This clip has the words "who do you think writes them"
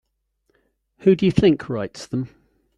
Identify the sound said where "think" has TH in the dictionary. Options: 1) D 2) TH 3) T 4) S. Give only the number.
2